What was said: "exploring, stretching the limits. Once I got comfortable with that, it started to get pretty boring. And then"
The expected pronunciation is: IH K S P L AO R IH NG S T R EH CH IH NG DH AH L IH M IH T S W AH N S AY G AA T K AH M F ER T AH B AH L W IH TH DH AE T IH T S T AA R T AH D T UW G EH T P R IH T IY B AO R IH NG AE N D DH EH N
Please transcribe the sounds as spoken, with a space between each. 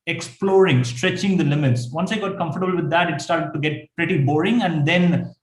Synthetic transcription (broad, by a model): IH K S P L AO R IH NG S T R EH CH IH NG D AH L IH M IH T S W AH N S AY G AA T K AH M F ER T AH B AH L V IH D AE T IH T S T AA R T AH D T UW G EH T P R IH T IY B AO R IH NG AE N D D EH N